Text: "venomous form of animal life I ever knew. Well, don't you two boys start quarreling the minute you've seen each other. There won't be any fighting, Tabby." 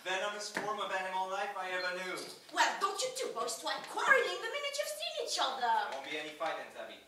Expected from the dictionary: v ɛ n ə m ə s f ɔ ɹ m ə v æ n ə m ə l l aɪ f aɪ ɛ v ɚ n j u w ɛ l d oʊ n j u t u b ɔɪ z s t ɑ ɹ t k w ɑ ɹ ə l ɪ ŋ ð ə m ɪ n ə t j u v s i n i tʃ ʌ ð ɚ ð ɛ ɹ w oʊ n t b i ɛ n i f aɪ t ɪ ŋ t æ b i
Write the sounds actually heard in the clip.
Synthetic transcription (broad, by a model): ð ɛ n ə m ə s f ɔ ɹ m ə v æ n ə m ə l l aɪ f aɪ ɛ v ɚ n j u w ɛ l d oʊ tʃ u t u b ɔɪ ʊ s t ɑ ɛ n k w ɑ ɹ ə ɪ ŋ ð ə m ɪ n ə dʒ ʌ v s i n i tʃ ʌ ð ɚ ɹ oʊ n b i ɛ n i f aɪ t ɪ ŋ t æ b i